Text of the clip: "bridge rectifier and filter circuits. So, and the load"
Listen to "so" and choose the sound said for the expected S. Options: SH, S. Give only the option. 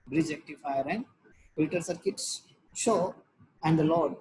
SH